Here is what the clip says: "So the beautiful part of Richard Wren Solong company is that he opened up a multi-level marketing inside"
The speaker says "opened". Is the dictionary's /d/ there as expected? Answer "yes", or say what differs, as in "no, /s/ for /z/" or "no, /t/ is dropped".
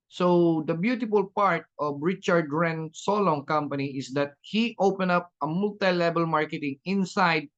no, /d/ is dropped